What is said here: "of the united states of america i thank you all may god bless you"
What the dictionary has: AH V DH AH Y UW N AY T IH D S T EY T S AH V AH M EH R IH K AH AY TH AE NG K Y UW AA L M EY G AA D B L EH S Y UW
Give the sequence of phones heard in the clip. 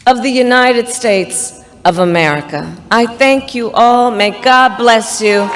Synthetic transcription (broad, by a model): AH V DH AH Y UW N AY T IH D S T EY T S AH V AH M EH R IH K AH AY TH AE NG K Y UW AA L M EY G AA D B L EH S Y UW